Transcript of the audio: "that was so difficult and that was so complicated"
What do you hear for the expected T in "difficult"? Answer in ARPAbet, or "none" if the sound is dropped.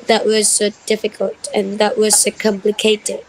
T